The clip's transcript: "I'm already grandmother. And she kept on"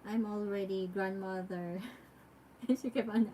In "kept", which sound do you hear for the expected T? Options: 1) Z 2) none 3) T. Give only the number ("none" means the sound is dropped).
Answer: 2